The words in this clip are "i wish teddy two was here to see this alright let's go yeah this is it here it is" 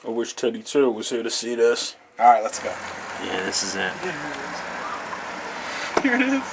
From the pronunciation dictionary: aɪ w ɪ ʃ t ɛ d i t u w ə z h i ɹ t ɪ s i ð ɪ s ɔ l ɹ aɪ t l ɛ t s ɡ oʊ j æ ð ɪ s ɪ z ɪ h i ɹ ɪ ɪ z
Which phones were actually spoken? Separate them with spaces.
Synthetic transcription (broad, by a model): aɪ w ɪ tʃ t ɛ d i t u w ə z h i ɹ t ɪ s i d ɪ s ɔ ɹ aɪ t l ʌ t s ɡ oʊ j æ ð ɪ s ɪ z ɪ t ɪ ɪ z